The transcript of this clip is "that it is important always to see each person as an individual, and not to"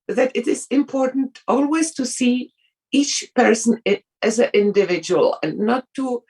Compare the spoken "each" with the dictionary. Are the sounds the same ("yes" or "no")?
yes